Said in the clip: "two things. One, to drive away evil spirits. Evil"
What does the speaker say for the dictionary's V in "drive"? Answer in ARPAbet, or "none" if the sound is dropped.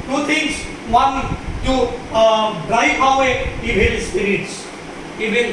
F